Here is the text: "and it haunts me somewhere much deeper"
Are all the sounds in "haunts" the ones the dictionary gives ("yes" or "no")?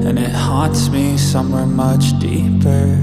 no